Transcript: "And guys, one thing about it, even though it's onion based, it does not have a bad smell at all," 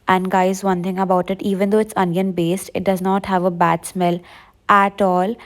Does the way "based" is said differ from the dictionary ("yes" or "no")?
no